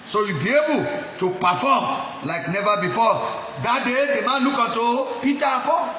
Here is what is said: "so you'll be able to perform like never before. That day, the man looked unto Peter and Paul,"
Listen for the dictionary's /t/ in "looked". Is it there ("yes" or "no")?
no